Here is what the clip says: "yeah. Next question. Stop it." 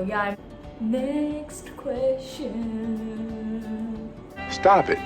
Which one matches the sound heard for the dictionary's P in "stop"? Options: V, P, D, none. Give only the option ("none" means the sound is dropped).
P